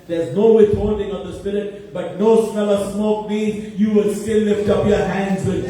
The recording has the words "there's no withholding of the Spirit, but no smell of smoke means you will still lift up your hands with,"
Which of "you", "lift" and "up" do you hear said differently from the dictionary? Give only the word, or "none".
none